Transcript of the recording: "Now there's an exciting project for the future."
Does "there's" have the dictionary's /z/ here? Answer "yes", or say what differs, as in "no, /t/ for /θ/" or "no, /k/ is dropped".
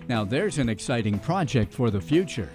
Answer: yes